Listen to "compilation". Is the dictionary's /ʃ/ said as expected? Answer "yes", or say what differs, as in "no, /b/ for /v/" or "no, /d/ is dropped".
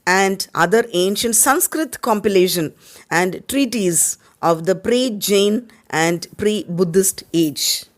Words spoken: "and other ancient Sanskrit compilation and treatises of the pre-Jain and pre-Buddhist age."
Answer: yes